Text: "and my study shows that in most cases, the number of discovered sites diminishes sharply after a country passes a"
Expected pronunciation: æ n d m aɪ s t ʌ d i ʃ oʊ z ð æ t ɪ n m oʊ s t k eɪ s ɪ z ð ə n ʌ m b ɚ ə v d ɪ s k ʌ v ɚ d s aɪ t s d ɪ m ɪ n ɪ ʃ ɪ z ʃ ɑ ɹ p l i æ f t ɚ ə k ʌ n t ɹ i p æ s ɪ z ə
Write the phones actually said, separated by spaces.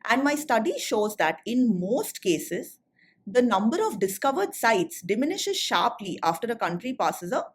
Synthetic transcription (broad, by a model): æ n d m aɪ s t ʌ d i ʃ oʊ z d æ t ɪ n m oʊ s t k eɪ s ɪ z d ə n ʌ m b ɚ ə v d ɪ s k ʌ v ɚ d s aɪ t s d ɪ m ɪ n ɪ ʃ ɪ z ʃ ɑ ɹ p l i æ f t ɚ ə k ʌ n t ɹ i p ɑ s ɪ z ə